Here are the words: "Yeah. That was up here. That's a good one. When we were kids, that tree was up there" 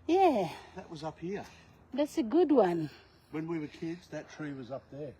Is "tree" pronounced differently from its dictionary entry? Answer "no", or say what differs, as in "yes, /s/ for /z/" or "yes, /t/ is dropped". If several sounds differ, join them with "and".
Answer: no